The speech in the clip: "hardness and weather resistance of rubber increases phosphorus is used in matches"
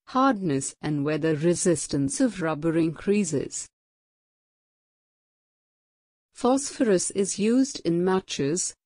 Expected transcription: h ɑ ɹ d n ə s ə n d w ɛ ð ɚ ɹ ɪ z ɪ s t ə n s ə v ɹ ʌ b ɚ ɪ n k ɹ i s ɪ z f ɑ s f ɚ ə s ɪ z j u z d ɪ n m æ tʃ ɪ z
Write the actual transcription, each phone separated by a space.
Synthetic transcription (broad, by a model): h ɑ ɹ d n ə s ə n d w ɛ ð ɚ ɹ ɪ z ɪ s t ə n s ə v ɹ ʌ b ɚ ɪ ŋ k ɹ i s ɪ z f ɑ s f ɚ ə s ɪ z j u z d ɪ n m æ tʃ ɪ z